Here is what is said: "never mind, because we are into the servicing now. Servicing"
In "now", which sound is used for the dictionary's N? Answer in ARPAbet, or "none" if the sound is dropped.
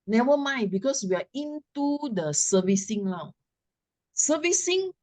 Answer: L